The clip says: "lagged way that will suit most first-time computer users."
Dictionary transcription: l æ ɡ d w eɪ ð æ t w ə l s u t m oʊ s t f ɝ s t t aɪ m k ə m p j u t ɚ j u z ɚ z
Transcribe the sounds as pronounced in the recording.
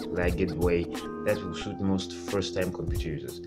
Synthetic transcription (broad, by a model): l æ ɡ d w eɪ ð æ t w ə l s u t m oʊ s t f ɝ s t t aɪ m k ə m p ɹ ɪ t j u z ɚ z